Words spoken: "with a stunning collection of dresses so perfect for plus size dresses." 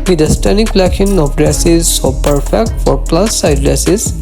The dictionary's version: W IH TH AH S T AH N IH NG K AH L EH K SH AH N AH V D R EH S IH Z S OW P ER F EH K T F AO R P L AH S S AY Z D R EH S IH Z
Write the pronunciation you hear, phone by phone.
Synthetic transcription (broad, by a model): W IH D AH S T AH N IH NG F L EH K AH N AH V D R EH S IH Z S OW P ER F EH K T F AO R P L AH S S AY D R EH S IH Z